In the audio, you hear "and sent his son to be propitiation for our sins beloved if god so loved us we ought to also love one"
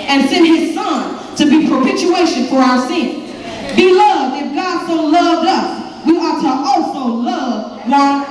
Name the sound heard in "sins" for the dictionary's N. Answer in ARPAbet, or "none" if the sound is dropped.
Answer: N